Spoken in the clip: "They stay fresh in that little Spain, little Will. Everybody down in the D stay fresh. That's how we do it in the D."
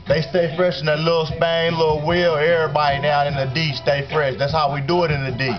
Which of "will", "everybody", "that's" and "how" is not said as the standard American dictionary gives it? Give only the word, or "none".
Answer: everybody